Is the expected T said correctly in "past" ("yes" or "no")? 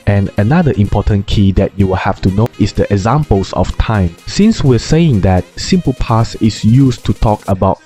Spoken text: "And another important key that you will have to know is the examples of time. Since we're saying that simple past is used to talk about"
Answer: no